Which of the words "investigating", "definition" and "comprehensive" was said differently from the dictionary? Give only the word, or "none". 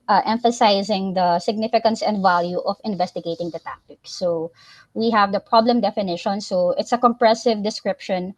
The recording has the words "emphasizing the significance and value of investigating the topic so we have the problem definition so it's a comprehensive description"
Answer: comprehensive